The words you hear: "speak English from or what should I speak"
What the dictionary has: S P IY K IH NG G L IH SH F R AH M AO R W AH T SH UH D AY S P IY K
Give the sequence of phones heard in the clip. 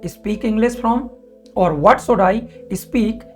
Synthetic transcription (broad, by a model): S P IY K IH NG G L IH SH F R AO M AO R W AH T S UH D AY S P IY K